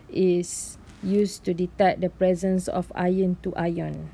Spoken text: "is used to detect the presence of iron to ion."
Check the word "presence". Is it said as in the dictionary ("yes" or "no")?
yes